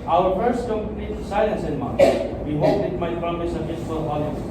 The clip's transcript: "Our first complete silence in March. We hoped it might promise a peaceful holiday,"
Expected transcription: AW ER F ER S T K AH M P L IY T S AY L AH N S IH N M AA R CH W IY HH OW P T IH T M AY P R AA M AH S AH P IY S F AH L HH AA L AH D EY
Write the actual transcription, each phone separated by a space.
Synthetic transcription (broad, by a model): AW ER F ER S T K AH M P N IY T S AY L AH N S IH N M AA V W IY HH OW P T IH T M AY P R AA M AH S AH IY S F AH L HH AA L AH